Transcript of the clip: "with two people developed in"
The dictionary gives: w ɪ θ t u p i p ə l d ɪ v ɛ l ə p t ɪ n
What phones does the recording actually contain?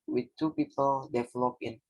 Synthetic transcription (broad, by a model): w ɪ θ t u p i p ə l d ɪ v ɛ l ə p ɪ n